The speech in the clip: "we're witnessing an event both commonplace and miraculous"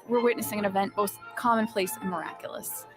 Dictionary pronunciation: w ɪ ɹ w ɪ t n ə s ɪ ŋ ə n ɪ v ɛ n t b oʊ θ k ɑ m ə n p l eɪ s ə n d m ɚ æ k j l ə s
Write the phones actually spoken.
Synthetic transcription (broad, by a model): w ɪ ɹ w ɪ t n ə s ɪ ŋ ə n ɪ v ɛ n b oʊ θ k ɑ m ə n p l eɪ s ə n m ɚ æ k j l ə s